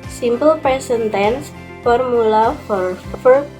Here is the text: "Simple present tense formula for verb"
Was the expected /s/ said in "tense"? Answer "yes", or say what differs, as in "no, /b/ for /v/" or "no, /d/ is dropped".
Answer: yes